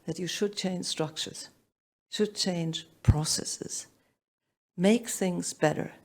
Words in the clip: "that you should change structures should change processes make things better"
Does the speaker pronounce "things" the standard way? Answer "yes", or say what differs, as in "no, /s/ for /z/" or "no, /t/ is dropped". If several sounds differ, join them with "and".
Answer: yes